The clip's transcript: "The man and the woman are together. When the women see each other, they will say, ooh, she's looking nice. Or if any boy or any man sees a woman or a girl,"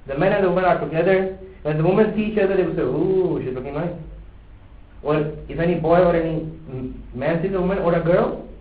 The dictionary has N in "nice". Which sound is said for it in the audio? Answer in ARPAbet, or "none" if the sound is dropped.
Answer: L